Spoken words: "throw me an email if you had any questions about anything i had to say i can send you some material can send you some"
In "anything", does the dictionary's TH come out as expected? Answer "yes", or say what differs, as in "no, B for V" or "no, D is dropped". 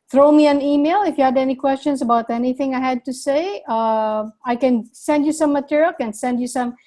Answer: yes